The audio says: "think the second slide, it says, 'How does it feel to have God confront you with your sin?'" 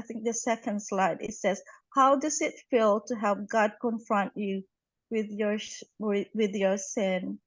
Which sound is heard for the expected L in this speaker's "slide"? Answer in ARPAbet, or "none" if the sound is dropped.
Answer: L